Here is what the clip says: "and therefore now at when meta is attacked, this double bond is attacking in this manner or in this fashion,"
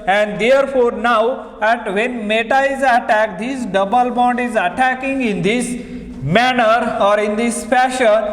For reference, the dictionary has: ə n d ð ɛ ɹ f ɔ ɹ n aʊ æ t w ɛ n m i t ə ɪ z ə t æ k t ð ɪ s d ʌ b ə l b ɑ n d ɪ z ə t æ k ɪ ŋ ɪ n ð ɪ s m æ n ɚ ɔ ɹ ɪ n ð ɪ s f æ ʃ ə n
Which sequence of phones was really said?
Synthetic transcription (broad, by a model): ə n d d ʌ ɹ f ɔ ɹ n aʊ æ t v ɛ n m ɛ t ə ɪ z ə t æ k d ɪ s d ʌ b ə l b ɑ n d ɪ z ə t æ k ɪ ŋ ɪ n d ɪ s m æ n ɚ ɔ ɹ ɪ n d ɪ s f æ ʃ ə n